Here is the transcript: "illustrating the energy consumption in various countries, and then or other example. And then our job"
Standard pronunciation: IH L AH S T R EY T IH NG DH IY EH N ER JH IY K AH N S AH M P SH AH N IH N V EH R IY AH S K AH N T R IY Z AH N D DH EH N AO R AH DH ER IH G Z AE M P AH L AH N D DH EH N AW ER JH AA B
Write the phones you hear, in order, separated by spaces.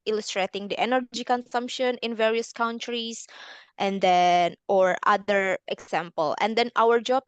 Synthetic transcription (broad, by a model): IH L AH S T R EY T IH NG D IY EH N ER JH IY K AH N S AH M P SH AH N IH N V EH R IY AH S K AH N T R IY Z AH N D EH N AO R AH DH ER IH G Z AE M P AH L AH N D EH N AW ER JH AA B